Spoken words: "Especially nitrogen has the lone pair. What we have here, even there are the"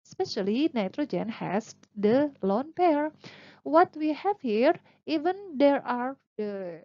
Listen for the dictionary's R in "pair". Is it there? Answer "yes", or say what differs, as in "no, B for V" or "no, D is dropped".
yes